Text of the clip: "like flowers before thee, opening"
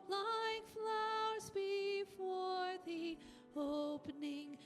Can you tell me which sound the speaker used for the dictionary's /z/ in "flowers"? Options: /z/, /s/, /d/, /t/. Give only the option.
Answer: /z/